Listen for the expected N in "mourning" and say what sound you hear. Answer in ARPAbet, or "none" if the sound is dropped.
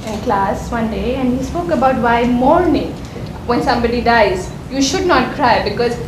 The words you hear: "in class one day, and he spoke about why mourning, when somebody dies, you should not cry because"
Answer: N